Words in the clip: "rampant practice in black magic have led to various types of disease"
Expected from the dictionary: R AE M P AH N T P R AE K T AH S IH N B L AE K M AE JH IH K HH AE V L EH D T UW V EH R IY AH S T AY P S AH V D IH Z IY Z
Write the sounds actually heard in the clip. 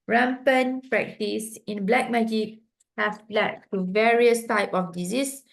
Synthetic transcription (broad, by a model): R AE M P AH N P R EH K T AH S IH N B L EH K M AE JH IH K HH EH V L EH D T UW V EH R IY AH S T AY P AH F D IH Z IY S